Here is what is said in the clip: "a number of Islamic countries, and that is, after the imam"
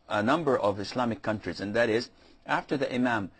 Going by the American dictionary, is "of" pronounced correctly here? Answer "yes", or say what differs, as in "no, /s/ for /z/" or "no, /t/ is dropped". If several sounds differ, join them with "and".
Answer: yes